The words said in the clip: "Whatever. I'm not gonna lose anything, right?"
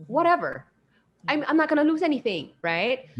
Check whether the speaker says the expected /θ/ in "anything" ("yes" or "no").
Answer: yes